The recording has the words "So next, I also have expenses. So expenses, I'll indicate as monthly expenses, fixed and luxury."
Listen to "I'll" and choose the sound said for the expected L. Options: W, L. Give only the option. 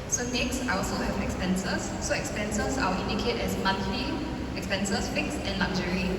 W